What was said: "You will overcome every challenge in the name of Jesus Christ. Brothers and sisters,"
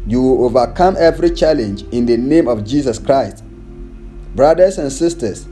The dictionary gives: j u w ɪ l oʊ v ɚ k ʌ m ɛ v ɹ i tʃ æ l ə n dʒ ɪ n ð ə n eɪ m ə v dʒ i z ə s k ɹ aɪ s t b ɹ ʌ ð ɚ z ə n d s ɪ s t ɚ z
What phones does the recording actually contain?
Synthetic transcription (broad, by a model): j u w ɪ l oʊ v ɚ k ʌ m ɛ v ɹ i tʃ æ l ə n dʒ ɪ n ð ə n eɪ m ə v dʒ i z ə s k ɹ aɪ s t b ɹ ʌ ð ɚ s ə n s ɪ s t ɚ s